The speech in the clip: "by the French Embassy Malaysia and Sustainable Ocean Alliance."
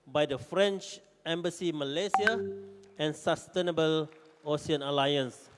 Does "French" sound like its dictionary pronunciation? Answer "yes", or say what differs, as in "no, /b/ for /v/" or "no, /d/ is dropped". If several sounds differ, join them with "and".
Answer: yes